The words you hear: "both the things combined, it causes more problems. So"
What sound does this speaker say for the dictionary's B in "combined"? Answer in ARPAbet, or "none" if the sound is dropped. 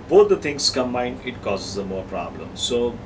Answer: none